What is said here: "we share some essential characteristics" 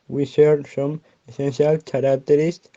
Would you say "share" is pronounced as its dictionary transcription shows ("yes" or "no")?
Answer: no